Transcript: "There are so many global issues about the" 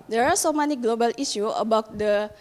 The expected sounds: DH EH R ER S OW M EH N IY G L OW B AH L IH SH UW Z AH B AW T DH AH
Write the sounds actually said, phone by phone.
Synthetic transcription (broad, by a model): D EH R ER S OW M EH N IY G L OW B AH L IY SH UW AH B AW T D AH